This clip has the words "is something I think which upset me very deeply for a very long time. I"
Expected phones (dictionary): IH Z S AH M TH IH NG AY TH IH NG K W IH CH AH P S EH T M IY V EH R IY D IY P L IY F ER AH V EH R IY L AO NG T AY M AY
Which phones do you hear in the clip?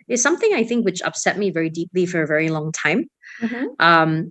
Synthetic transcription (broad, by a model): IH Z S AH M TH IH NG AY TH IH NG K W IH CH AH P S EH T M IY V EH R IY D IY P L IY F ER AH V EH R IY L AO NG T AY M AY